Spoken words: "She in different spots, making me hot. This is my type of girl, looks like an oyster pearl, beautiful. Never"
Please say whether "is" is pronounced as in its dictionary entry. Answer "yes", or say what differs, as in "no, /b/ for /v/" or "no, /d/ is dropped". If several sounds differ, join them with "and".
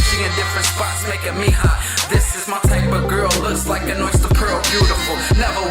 yes